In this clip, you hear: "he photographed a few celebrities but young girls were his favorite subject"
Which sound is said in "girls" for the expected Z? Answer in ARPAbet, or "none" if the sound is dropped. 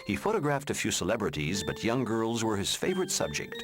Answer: Z